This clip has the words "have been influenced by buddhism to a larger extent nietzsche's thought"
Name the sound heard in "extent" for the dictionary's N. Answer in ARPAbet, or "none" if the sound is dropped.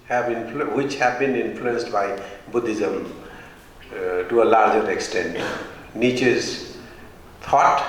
N